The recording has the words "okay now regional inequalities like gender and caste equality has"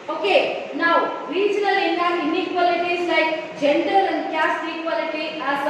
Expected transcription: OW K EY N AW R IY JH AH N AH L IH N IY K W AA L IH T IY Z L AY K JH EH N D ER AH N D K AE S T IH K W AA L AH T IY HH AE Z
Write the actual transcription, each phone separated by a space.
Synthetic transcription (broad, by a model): OW K EY N AW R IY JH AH L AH N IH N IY K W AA L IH T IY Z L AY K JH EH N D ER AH N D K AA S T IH K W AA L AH T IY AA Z